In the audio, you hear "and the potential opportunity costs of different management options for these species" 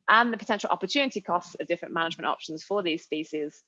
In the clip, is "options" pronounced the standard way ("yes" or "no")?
yes